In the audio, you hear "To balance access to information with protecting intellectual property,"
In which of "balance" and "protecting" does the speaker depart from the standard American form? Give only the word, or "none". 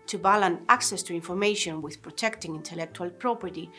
balance